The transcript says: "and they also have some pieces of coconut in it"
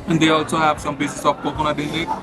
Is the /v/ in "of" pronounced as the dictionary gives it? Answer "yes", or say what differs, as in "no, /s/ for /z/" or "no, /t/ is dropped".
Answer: no, /p/ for /v/